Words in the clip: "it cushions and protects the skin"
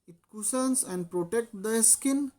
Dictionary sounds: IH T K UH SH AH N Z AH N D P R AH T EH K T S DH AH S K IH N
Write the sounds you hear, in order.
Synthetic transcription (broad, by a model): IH T K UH S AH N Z AH N D P R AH T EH K T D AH S K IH N